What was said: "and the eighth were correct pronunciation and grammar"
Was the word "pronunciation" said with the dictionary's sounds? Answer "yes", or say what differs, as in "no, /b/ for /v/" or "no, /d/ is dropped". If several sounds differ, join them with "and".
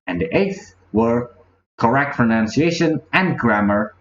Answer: no, /f/ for /p/